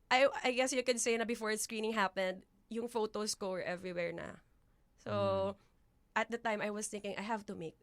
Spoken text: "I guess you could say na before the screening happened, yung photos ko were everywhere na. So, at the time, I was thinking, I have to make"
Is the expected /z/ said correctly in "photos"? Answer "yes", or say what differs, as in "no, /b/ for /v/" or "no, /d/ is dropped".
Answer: no, /s/ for /z/